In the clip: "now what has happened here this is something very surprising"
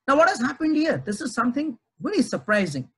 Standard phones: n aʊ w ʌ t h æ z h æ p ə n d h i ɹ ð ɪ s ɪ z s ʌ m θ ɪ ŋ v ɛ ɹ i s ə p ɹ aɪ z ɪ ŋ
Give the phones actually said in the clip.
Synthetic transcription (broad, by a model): n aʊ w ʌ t h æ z h æ p ə n d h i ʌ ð ɪ s ɪ z s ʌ m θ ɪ ŋ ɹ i l i s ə p ɹ aɪ z ɪ ŋ